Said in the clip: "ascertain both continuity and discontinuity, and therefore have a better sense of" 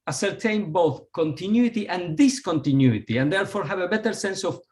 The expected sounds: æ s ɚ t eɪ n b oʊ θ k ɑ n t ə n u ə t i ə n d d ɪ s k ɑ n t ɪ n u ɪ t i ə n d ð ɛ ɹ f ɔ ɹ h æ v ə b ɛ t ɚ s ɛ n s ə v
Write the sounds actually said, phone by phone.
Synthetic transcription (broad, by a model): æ s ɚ t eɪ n b oʊ θ k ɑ n t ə n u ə t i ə n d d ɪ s k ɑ n t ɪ n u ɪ t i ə n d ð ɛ ɹ f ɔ ɹ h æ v ə b ɛ t ɚ s ɛ n s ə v